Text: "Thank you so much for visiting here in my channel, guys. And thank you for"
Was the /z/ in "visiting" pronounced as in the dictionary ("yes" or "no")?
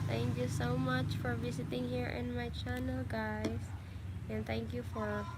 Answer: no